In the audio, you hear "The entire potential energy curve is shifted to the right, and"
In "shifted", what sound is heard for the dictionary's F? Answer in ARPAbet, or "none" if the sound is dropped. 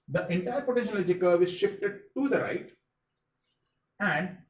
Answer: F